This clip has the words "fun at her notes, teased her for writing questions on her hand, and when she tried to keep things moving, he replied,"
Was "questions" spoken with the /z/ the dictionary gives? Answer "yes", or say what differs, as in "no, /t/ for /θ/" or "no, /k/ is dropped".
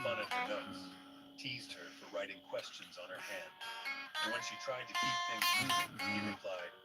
yes